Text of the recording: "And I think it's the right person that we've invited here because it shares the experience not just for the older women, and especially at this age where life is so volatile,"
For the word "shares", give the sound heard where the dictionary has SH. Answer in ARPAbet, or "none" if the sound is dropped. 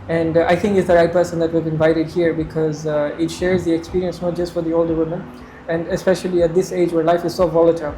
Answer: SH